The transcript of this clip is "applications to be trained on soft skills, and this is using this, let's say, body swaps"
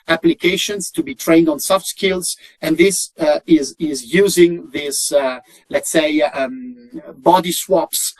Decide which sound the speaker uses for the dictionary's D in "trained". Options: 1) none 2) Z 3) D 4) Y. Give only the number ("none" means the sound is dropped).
3